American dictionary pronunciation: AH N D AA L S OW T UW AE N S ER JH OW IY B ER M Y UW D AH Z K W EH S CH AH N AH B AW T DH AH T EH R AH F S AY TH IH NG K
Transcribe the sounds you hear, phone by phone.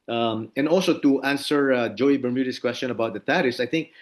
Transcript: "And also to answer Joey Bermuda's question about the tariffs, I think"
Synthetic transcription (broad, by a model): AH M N AA L S OW T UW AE N S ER JH OW IY B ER M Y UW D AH S K W EH S CH AH N AH B AW T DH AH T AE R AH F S AY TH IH NG K